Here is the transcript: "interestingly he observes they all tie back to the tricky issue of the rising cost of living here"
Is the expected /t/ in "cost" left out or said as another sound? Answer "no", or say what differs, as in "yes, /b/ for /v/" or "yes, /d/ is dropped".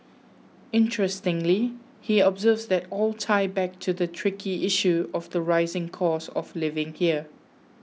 yes, /t/ is dropped